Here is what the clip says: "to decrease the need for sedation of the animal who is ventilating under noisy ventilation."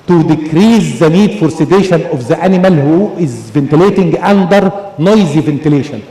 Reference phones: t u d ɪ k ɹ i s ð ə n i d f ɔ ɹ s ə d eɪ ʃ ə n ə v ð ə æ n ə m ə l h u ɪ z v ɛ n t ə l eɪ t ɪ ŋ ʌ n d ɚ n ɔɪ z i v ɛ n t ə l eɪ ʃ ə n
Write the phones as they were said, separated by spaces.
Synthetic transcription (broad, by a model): t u d ɪ k ɹ i s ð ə n i d f ɔ ɹ s ə d eɪ ʃ ə n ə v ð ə æ n ə m ə l h u ɪ z v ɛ n t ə l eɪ t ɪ ŋ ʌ n d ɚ n ɔɪ z i v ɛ n t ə l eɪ ʃ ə n